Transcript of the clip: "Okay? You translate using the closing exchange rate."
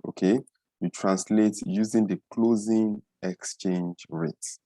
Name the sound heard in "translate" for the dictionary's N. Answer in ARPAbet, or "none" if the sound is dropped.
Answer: N